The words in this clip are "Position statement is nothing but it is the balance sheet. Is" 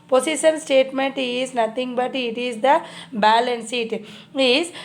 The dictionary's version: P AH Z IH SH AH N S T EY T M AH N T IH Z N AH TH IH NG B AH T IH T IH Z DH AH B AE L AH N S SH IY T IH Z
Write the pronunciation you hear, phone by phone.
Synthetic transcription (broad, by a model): P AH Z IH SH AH N S T EY T M AH N T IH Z N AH T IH NG B AH T IH T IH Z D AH B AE L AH N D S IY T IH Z